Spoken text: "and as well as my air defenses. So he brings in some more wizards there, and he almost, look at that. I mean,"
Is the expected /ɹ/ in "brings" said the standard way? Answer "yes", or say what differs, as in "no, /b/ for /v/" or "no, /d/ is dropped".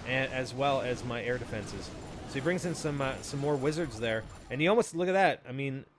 yes